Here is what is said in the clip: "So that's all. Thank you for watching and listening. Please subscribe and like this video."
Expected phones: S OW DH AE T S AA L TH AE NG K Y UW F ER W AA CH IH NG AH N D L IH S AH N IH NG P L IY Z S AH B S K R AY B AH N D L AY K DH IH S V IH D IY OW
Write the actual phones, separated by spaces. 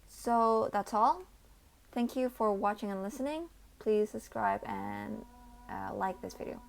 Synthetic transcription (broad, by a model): S OW DH AE T S AA L TH AE NG K Y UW F ER W AA CH IH NG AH N L IH S AH N IH NG P L IY Z S AH B S K R AY B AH N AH L AY K DH IH S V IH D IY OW